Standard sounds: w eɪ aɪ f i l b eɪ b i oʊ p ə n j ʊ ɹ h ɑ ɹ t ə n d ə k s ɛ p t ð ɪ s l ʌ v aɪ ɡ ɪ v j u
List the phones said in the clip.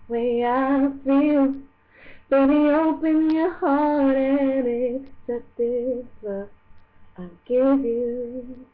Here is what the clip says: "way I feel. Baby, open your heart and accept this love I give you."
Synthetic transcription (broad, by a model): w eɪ aɪ f i l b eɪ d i oʊ p ə n j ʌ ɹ h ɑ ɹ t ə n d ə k s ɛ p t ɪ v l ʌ aɪ ɡ ɪ v j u